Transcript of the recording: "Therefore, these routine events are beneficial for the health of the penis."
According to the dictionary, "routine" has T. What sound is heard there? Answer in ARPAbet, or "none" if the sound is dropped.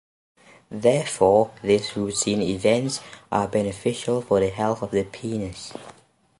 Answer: S